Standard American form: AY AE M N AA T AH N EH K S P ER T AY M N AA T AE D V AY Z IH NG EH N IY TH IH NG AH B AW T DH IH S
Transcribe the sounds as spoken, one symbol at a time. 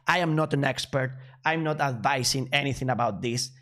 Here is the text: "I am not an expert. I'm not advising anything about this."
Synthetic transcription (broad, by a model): AY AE M N AA T AH N EH K S P ER T AY M N AA T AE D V AY S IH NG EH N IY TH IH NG AH B AW T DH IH S